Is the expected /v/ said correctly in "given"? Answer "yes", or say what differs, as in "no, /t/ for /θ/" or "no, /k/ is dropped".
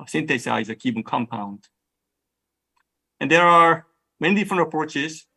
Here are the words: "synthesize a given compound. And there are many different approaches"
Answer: no, /p/ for /v/